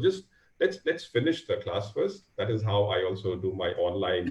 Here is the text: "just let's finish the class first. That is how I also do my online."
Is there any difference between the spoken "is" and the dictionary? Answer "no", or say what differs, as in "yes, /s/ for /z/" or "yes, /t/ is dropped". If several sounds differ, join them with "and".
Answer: no